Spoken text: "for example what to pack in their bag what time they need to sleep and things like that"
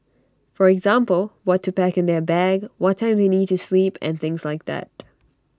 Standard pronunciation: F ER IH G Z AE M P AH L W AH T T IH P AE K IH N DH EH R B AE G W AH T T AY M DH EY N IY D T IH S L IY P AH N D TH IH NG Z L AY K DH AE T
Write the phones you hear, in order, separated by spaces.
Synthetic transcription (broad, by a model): F ER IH G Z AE M P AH L W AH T T IH P AE K IH N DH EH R B AE G W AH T T AY M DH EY N IY D T IH S L IY P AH N TH IH NG Z L AY K DH AE T